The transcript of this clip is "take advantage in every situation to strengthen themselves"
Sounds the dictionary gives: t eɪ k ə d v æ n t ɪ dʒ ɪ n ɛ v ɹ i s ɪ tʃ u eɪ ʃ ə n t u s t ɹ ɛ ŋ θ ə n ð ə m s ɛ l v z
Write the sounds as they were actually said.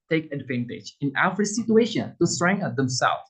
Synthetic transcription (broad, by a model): t eɪ k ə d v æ n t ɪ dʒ ɪ n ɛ f ɹ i s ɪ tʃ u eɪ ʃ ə n t u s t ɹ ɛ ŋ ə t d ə m s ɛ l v